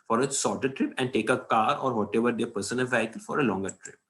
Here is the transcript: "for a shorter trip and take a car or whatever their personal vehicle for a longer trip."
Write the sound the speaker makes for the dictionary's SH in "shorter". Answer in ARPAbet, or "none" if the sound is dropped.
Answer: S